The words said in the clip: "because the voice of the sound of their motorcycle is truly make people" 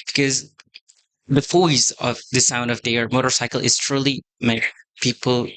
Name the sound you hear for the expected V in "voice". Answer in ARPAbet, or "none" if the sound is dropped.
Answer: F